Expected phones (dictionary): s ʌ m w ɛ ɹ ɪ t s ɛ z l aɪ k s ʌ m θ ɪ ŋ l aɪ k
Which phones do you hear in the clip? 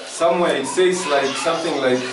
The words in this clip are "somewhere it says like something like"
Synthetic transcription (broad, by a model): s ʌ m w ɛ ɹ ɪ t s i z l aɪ k s ʌ m θ ɪ ŋ l aɪ k